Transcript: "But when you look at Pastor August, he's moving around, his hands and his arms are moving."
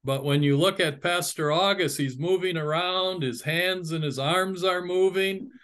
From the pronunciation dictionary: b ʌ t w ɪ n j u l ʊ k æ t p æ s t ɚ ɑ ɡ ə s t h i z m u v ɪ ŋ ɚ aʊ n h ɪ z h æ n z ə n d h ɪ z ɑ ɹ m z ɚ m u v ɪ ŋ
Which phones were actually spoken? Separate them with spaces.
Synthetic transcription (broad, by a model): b ʌ t w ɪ n j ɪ l ʊ k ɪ t p æ s t ɚ ɑ ɡ ə s t h i z m u v ɪ ŋ ɚ aʊ n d ɪ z h æ n z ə n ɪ z ɑ ɹ m z ɚ m u v ɪ ŋ